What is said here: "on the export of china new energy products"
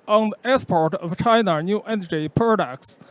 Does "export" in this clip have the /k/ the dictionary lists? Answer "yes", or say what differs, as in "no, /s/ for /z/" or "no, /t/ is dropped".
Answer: no, /k/ is dropped